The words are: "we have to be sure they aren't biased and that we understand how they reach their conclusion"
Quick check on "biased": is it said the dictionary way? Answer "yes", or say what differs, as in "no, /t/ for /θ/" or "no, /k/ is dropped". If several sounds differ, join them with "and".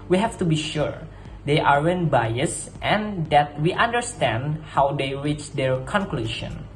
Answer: yes